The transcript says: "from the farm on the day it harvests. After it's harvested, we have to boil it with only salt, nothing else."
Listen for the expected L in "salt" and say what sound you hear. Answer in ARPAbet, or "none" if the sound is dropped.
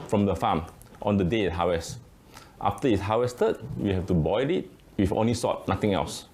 none